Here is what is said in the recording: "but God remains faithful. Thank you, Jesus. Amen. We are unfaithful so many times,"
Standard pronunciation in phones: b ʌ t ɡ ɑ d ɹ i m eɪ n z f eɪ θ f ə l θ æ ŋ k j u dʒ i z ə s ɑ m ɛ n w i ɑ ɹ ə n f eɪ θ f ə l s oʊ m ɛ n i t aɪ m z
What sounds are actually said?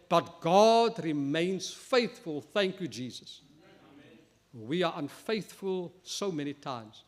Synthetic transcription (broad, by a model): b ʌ t ɡ ɑ d ɹ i m eɪ n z f eɪ θ f ə l θ æ ŋ k j u dʒ i z ə s w i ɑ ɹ ə n f eɪ θ f ə l s oʊ m ɛ n i t aɪ m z